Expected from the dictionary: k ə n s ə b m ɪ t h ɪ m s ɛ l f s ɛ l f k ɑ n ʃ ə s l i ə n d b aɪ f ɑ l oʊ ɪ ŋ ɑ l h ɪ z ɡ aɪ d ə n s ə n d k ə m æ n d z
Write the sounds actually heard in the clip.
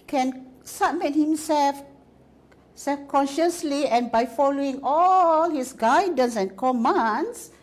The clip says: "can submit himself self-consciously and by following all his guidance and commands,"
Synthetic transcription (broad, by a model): k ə n s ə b m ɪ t h ɪ m s ɛ l f s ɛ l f k ɑ n ʃ ə s l i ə n b aɪ f ɑ l oʊ ɪ ŋ ɑ l h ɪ s ɡ aɪ d ə n s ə n k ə m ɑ n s